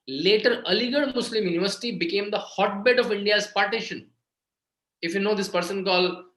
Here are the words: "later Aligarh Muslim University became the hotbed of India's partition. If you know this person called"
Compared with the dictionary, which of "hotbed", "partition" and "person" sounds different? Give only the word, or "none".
none